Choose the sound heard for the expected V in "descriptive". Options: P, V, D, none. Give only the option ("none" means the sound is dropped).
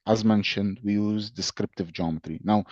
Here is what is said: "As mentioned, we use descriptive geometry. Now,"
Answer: V